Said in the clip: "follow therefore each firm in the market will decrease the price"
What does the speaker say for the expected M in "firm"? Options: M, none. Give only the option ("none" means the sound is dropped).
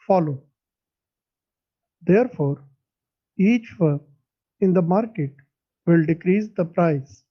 none